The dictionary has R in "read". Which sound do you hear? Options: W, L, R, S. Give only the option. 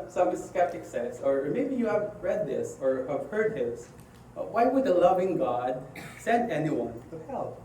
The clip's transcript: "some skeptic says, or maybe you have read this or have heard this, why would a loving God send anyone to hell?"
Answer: R